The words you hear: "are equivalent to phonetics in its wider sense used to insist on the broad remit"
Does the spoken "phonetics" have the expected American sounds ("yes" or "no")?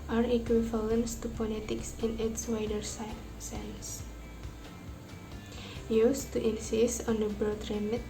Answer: no